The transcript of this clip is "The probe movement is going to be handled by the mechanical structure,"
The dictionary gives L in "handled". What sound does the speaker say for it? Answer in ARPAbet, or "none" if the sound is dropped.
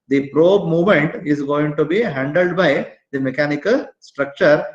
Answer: L